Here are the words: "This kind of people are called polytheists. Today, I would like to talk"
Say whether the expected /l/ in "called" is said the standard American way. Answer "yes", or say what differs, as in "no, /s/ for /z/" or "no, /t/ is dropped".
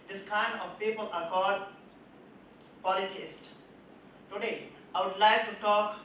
no, /l/ is dropped